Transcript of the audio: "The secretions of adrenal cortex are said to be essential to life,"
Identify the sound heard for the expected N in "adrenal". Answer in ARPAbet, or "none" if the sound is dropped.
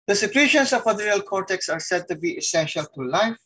none